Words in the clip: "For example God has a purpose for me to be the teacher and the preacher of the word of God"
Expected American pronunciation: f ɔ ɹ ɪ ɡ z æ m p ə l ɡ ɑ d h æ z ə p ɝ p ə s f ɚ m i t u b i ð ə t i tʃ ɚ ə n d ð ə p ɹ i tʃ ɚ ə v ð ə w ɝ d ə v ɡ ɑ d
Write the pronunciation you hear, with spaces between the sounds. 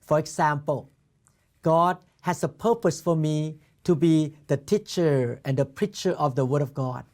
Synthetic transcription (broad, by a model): f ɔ ɹ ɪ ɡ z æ m p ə l ɡ ɑ d h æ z ə p ɝ p ə s f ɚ m i t u b i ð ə t i tʃ ɚ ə n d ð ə p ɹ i tʃ ɚ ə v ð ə w ɝ d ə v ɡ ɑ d